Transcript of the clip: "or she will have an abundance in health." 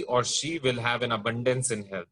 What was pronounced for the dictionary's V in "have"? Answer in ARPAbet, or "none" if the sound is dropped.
V